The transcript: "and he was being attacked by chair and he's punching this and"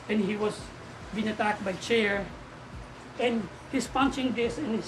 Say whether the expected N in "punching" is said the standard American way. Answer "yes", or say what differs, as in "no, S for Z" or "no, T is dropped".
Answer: yes